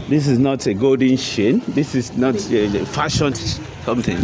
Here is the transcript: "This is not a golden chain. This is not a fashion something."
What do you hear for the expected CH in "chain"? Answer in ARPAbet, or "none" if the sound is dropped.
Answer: SH